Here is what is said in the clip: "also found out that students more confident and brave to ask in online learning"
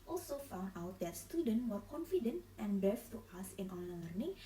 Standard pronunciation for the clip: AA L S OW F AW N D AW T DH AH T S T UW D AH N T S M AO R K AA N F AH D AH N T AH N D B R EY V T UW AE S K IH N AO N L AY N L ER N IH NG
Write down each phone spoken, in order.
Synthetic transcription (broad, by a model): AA L S OW F AW N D AW T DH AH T S T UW D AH N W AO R K AA N F AH D AH N T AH N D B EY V T UW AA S IH N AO N L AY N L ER N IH NG